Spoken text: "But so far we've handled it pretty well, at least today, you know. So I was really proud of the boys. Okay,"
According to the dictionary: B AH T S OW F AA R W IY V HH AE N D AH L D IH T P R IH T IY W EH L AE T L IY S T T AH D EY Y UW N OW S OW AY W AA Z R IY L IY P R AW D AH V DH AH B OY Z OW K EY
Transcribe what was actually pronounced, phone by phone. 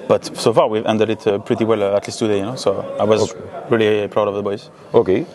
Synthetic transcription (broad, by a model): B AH T S OW F AA R W IY V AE N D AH D IH T P R IH T IY W EH L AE T L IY S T T AH D EY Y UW N OW S OW AY W AA Z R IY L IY P R AW D AH V DH AH B OY Z OW K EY